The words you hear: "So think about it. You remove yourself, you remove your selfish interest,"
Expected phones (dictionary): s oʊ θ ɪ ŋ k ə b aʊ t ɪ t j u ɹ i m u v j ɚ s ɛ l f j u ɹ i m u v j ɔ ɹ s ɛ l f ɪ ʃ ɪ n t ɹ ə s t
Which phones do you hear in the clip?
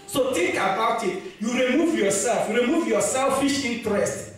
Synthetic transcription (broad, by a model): s oʊ t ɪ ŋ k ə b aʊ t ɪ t j u ɹ i m u v j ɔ s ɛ l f j u ɹ i m u v j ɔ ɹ s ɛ l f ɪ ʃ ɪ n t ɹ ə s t